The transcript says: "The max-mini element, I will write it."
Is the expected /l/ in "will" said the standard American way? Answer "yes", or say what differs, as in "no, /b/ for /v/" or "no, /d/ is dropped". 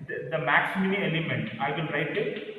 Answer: no, /n/ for /l/